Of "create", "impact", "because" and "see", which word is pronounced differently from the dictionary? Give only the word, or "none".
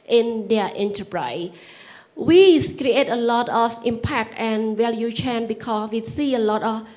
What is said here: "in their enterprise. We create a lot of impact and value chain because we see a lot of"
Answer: because